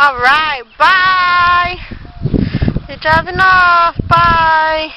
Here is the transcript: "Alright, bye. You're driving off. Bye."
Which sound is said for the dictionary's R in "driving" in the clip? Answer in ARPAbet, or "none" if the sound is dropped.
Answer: none